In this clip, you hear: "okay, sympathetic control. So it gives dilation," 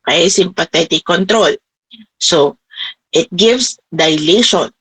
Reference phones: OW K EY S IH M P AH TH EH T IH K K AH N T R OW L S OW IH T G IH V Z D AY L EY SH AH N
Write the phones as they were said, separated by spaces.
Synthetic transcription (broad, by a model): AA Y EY S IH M P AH T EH T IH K K AH N T R OW L S OW IH T G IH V S D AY L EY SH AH N